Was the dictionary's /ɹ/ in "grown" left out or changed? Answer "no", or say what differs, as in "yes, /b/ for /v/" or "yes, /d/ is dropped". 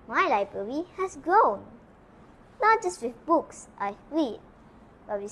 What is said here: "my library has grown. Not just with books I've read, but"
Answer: no